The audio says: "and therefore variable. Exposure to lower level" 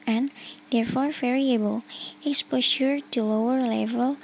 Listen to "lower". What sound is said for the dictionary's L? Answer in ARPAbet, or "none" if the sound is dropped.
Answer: L